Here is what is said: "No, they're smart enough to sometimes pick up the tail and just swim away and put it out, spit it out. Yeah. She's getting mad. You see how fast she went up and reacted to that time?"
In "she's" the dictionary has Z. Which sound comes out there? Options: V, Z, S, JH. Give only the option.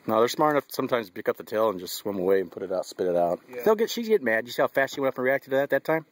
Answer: Z